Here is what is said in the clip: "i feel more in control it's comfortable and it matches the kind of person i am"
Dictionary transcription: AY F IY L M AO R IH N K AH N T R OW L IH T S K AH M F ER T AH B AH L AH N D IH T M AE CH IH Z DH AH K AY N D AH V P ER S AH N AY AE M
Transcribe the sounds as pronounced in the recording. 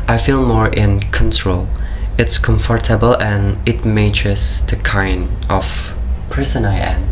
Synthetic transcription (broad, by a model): AY F IY L M AO R IH N K AH N T R OW L IH T S K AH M F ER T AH B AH L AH N IH T M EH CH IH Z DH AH K AY N D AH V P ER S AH N AY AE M